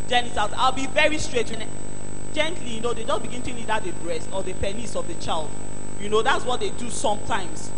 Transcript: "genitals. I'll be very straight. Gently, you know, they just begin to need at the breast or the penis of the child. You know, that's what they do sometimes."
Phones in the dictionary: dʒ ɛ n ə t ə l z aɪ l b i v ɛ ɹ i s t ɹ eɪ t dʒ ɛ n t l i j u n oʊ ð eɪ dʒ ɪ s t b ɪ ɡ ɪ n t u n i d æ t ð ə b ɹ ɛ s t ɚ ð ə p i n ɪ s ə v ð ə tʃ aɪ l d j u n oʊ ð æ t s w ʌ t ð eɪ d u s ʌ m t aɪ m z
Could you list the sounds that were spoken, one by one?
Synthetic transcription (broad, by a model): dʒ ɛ n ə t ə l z aɪ l b i v ɛ ɹ i s t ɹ eɪ t dʒ ɛ n t l i j u n oʊ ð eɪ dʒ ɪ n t b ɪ ɡ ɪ n t u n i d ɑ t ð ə b ɹ ɛ s t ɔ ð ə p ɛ n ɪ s ə v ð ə tʃ aɪ l d j u n oʊ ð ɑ t s w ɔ t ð eɪ d u s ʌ m t aɪ m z